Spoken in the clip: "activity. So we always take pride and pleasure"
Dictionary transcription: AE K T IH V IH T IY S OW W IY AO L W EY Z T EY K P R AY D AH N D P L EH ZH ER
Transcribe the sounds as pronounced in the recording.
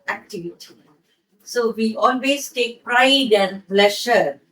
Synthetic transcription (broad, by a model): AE K T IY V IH T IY S OW W IY AO L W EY S T EY K P R AY D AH N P L EH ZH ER